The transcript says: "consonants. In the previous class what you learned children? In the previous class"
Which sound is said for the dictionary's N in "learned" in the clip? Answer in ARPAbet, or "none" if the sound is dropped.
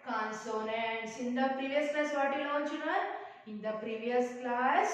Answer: none